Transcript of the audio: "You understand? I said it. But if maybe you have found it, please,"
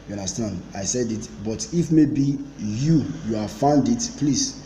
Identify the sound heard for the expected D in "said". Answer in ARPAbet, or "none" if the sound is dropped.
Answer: D